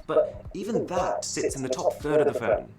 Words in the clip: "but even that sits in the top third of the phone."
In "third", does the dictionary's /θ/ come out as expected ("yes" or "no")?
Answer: yes